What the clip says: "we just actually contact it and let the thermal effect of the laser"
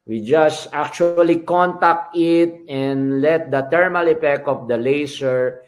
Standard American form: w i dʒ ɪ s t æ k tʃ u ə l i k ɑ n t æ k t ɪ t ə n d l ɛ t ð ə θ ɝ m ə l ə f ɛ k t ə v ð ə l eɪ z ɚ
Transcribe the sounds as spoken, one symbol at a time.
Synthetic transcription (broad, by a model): w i dʒ ɪ s t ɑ k tʃ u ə l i k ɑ n t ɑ k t ɪ t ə n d l ɛ t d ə t ɝ m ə l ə p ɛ k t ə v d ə l eɪ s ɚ